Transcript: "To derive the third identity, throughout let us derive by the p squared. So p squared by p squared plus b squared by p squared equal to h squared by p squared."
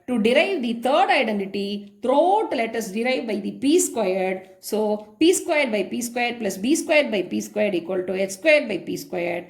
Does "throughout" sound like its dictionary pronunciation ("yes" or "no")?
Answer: no